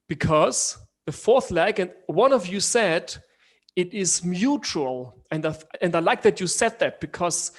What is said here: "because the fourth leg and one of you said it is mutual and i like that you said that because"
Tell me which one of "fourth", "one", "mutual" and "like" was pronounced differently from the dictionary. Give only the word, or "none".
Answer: none